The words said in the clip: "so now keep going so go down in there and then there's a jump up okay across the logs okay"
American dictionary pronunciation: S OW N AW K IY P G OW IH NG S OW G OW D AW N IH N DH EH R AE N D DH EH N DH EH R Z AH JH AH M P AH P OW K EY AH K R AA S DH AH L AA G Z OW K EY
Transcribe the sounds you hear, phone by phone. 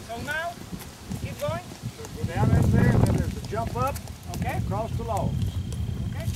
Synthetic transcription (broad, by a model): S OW N AW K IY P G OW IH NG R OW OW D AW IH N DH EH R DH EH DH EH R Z AH JH AH M P AH P OW K EY AH K R AA S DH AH L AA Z OW K EY